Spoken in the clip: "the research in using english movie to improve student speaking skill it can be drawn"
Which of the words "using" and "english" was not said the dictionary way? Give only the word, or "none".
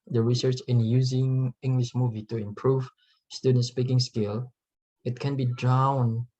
none